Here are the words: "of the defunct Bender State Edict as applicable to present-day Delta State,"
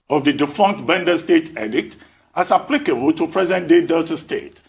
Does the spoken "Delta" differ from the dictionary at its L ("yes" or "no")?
yes